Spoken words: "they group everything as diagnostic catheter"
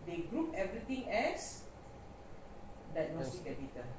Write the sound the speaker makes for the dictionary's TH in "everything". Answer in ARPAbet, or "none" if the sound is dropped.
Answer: T